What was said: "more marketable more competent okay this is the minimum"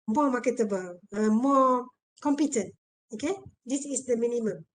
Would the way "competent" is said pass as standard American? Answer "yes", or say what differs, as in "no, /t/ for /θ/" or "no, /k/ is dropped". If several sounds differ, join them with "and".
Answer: yes